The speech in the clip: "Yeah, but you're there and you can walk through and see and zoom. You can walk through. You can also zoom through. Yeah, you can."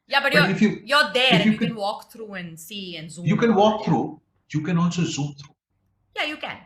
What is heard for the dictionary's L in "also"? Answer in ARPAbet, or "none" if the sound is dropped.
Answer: N